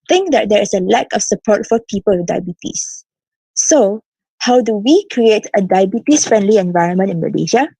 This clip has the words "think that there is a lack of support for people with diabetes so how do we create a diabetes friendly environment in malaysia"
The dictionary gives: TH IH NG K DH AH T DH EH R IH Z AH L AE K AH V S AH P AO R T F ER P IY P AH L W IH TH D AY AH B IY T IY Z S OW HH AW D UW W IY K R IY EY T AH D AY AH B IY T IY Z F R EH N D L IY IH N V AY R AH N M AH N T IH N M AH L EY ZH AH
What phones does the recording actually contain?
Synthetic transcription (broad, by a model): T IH NG K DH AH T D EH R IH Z AH L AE K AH F S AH P AO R T F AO P IY P AH L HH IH D AY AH B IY T IY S S OW HH AW D UW W IY K R IY EY T AH D AY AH B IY T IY S F R EH N D L IY IH N V AY R AH N M AH N T IH N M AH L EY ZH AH